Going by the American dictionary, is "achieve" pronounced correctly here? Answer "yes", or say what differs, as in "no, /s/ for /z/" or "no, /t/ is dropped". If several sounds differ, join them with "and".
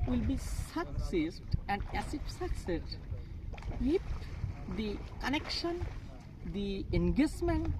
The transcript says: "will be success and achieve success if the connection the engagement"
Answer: no, /s/ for /tʃ/ and /f/ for /v/